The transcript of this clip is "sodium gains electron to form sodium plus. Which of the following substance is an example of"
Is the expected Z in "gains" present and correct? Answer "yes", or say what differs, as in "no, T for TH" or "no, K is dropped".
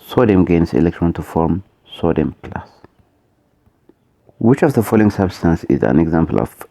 no, S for Z